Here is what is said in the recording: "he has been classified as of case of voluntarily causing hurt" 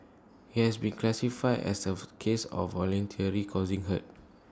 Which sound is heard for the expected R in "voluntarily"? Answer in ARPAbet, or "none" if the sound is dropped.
none